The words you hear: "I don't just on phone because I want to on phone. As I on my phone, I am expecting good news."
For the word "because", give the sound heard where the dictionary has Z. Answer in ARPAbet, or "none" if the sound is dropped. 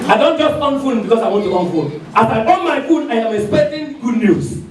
S